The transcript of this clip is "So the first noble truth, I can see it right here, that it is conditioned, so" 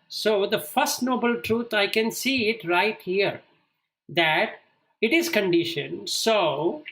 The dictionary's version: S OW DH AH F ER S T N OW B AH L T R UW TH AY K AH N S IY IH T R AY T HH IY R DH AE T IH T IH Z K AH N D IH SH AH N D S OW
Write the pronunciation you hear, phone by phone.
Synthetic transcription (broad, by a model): S OW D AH F ER S T N OW B AH L T R UW T AY K AH N S IY IH T R AY T HH IY R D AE T IH T IH Z K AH N D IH SH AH N S OW